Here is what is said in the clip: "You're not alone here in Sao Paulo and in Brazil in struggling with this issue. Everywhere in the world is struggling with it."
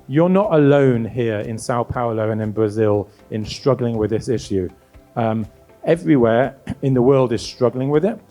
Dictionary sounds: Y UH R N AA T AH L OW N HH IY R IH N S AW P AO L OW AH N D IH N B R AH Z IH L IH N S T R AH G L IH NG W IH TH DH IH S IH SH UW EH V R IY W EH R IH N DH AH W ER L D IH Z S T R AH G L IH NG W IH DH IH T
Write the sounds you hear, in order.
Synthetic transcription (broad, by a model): Y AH R N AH T AH L OW N HH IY R IH N S AW P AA L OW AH N IH N B R AH Z IH L IH N S T R AH G L IH NG W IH DH IH S IH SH UW EH V R IY W EH R IH N DH AH W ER L D IH Z S T R AH G L IH NG W IH DH IH T